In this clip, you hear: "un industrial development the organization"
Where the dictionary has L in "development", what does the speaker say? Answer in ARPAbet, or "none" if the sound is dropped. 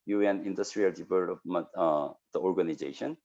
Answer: none